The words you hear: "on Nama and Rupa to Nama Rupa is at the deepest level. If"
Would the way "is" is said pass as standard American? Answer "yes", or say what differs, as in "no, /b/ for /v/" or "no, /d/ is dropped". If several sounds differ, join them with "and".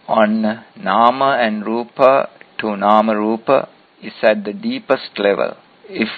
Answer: no, /s/ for /z/